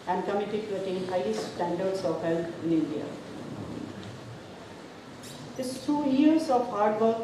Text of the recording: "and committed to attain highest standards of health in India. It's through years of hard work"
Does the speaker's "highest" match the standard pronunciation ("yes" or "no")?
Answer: no